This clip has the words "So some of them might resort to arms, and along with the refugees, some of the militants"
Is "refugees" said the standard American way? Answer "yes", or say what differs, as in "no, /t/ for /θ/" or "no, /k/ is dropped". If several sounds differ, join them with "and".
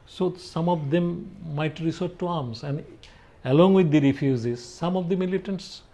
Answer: no, /z/ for /dʒ/